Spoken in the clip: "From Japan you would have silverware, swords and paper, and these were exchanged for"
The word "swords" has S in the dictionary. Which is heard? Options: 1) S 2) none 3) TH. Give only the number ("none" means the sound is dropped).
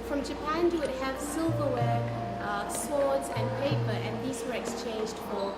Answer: 1